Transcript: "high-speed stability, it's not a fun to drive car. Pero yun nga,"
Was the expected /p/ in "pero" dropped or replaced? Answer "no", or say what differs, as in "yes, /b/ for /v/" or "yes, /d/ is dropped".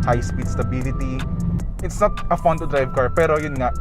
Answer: no